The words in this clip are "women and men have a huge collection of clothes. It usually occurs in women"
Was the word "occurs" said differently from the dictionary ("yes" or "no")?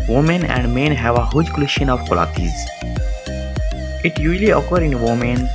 yes